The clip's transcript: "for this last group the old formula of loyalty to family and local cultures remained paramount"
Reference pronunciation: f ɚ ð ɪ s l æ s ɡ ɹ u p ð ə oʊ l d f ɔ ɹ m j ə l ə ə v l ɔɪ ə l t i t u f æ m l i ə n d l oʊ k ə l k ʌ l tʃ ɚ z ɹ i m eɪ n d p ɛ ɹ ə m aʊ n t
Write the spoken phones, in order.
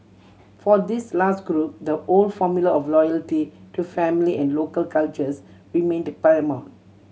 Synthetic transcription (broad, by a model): f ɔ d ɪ s l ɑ s ɡ ɹ u p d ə oʊ l d f ɔ m j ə l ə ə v l ɔɪ ə l t i t u f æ m l i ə n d l oʊ k ə l k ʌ l tʃ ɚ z ɹ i m eɪ n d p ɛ ə m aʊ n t